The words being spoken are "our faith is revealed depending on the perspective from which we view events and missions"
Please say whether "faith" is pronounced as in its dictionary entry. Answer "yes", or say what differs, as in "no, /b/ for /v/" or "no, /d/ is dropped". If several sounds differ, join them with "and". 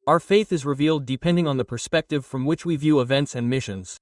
yes